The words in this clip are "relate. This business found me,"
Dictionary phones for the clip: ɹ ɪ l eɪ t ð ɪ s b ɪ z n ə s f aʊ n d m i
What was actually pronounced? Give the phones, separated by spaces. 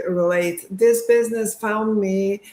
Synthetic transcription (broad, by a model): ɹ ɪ l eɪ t ð ɪ s b ɪ z n ə s f aʊ n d m i